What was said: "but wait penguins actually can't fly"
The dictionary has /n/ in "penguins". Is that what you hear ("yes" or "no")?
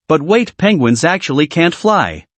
yes